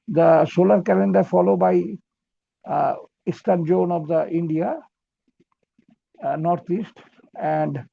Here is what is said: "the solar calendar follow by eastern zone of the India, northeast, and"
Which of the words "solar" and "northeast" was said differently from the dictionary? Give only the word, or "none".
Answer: northeast